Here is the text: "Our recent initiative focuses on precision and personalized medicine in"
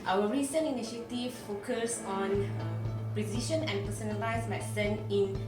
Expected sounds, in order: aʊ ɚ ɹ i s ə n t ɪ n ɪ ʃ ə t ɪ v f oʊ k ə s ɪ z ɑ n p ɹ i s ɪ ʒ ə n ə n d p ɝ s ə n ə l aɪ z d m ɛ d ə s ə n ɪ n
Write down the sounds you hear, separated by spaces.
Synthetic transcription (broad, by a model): aʊ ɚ ɹ i s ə n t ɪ n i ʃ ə t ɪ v f oʊ k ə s ɑ n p ɹ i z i ʃ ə n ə n p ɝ s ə n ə l aɪ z m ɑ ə s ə n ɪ n